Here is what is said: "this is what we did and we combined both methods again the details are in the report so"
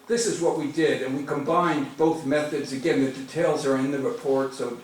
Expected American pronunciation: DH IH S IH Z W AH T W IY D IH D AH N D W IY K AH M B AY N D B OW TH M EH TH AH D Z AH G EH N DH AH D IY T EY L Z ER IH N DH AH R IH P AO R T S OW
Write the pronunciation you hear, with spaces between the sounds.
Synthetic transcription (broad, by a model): DH IH S IH Z W AH T W IY D IH D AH N W IY K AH M B AY N B OW TH M EH TH AH D Z AH G EH N DH AH D IY T EY L Z ER IH N DH AH R IH P AO R T S OW